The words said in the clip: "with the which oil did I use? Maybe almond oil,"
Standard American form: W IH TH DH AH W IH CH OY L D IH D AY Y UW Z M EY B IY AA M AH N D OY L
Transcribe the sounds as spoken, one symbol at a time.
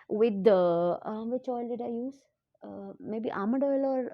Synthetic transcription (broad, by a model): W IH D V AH CH OY L D IH D AY Y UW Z M EY B IY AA M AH D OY L